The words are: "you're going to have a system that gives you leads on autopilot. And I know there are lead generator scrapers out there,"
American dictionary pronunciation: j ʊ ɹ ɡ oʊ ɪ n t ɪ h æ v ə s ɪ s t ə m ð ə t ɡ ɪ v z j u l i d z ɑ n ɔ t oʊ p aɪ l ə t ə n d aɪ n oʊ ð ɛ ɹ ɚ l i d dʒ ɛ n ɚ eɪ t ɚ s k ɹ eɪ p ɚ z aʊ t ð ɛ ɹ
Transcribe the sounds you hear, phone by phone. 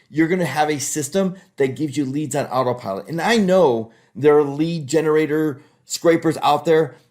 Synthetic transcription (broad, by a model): j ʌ ɹ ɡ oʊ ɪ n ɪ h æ v ə s ɪ s t ə m ð ə t ɡ ɪ v z j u l i d z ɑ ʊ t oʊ p aɪ l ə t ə n aɪ n oʊ ð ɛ ɹ l i d dʒ ɛ n ɚ eɪ t ɚ s k ɹ eɪ p ɚ z aʊ t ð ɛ ɹ